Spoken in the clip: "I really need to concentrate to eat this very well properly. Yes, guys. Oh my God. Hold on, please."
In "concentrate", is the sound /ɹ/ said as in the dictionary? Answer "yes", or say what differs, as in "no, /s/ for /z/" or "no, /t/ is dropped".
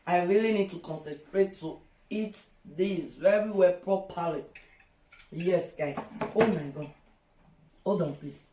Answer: yes